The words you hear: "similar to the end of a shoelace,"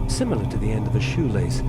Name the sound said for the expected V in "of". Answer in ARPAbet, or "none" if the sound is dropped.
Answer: V